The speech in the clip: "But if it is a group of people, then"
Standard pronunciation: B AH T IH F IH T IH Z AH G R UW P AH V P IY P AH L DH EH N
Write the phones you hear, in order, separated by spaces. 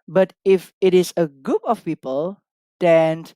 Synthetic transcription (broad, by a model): B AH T IH F IH T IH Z AH G UW P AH F P IY P AH L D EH N